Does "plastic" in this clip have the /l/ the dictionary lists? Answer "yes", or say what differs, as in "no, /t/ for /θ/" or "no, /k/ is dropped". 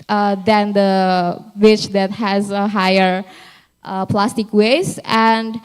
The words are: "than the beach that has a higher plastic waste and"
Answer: yes